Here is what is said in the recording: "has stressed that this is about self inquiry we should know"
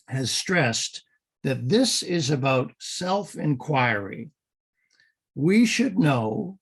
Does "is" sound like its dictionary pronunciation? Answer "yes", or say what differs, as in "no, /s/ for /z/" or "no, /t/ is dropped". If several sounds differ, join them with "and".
yes